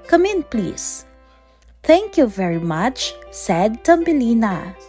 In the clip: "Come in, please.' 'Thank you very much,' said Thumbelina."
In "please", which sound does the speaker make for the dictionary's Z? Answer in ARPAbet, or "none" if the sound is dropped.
S